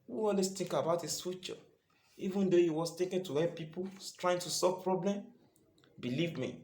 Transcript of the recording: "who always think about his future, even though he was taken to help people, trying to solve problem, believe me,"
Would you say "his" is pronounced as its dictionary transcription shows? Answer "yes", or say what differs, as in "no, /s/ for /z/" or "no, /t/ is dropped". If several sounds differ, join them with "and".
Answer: no, /s/ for /z/